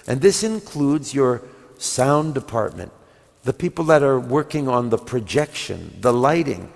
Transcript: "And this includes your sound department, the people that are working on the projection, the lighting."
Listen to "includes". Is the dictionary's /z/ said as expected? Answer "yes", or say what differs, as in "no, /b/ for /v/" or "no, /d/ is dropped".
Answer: yes